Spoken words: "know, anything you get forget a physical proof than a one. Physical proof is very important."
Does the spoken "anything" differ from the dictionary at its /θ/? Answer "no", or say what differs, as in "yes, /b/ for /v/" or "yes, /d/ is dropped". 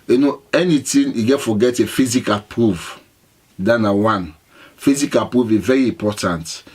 yes, /t/ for /θ/